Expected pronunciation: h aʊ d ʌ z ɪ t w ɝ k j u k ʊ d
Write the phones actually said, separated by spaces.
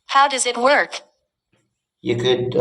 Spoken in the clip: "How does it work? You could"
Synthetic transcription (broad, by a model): h aʊ d ʌ z ɪ t w ɝ k j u k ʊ d